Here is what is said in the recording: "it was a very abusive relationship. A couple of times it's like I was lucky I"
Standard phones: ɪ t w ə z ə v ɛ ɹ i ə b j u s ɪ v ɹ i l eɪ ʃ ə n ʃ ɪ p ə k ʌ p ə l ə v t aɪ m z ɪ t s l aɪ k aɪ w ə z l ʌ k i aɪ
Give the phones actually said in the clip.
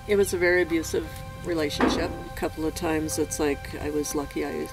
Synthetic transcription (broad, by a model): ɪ t w ə z ə v ɛ ɹ i ə b j u s ɪ v ɹ i l eɪ ʃ ə n ʃ ɪ p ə k ʌ p l ə v t aɪ m z ɪ t s l aɪ k aɪ w ə z l ʌ k i aɪ